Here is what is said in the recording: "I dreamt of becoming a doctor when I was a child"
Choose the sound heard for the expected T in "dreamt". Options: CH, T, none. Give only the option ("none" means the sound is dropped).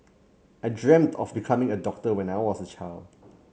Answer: T